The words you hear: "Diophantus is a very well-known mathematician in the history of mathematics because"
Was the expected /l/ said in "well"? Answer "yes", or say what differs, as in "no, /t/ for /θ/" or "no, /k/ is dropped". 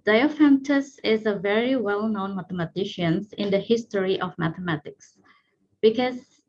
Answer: yes